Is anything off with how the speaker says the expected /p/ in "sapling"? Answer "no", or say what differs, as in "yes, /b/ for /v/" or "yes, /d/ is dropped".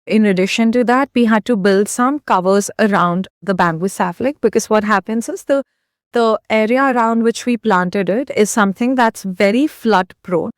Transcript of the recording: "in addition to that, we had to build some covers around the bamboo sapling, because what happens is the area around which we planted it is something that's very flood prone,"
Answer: yes, /f/ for /p/